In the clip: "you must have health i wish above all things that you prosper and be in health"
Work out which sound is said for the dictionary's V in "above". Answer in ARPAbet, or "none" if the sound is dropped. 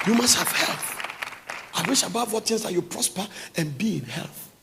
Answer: W